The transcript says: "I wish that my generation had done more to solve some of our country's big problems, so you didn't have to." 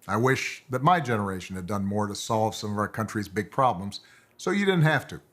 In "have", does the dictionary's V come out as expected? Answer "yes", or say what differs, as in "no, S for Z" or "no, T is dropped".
no, F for V